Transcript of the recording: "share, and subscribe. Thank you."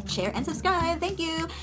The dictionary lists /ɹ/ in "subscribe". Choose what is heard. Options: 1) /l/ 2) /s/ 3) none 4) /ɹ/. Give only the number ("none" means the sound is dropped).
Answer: 3